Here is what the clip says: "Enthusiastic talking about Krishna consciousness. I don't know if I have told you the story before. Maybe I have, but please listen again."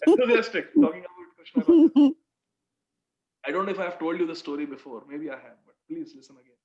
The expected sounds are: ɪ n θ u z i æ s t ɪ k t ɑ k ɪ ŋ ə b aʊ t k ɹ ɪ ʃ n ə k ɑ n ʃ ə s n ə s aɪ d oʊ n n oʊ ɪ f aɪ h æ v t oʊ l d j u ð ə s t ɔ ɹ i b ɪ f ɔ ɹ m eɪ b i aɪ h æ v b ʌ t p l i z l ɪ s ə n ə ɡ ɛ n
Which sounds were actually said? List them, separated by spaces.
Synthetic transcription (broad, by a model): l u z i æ s t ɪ k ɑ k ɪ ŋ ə ɪ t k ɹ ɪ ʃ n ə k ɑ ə d oʊ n n oʊ ɪ f aɪ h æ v t oʊ l d j u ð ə s t ɔ ɹ i b ɪ f ɔ ɹ m eɪ b i aɪ h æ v b ʌ t p l i z l ɪ s ə n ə ɡ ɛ n